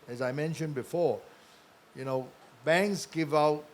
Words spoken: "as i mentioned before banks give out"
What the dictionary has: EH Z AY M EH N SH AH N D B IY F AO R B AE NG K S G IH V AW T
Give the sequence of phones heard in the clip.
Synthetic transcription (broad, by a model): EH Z AY M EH N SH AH N B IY F AO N B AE NG K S G IH V AW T